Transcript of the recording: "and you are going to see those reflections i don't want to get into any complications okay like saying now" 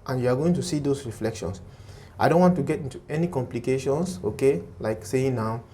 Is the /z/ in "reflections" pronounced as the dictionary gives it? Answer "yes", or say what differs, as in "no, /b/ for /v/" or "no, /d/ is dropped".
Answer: no, /s/ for /z/